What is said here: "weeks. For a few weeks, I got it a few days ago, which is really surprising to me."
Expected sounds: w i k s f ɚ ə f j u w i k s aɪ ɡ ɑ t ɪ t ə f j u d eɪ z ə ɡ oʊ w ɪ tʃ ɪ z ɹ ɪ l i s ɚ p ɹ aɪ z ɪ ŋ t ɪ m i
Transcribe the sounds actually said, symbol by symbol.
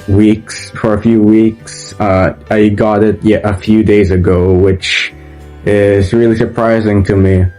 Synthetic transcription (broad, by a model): w i k s f ɚ ə f j u w i k s aɪ ɡ ɑ t ɪ t ə f j u d eɪ z ə ɡ oʊ w ɪ tʃ ɪ z ɹ ɪ l i s ɚ p ɹ aɪ z ɪ ŋ t ɪ m i